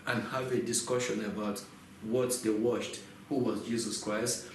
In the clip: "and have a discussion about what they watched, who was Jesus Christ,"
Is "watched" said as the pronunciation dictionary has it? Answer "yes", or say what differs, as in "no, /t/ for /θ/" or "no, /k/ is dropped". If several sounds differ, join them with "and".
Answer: no, /ʃ/ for /tʃ/